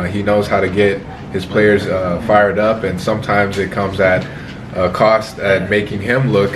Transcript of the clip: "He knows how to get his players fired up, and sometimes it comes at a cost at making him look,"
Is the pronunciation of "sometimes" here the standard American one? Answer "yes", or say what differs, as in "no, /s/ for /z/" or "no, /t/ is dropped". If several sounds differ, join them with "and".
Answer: yes